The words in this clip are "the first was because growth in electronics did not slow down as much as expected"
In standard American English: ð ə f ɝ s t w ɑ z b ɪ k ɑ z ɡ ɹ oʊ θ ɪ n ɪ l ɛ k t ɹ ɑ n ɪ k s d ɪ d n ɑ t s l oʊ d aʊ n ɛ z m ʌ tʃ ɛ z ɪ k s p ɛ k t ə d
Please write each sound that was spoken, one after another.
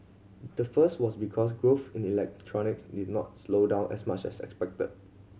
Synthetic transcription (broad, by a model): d ə f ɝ s t w ɑ s b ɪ k ɑ s ɡ ɹ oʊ f ɪ n ɪ l ɛ k t ɹ ɑ n ɪ k s d ɪ d n ɑ t s l oʊ d aʊ n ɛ s m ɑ tʃ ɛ s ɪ k s p ɛ k t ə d